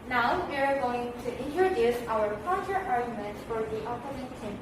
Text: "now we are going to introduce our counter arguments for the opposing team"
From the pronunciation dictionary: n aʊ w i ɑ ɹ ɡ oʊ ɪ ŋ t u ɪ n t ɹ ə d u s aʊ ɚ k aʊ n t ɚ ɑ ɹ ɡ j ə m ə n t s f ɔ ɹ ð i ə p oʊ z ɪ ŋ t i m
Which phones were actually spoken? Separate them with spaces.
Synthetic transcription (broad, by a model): n aʊ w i ɑ ɹ ɡ oʊ ɪ ŋ t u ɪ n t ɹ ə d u s aʊ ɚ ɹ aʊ t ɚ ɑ ɹ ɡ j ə m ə n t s f ɔ ɹ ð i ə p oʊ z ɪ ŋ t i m